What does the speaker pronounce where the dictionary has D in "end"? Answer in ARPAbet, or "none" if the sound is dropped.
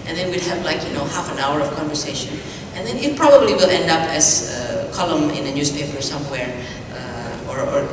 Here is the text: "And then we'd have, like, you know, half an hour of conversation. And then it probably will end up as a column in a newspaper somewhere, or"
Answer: D